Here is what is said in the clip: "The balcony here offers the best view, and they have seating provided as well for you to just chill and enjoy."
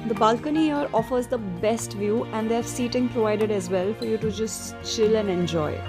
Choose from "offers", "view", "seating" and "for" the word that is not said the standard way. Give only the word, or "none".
none